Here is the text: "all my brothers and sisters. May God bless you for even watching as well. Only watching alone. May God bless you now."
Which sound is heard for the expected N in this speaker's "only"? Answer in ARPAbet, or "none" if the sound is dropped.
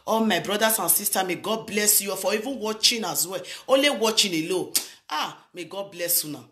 none